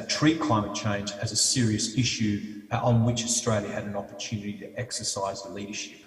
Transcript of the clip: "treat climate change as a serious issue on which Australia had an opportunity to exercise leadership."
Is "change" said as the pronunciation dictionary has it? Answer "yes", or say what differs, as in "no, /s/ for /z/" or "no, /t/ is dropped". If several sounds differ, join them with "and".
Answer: yes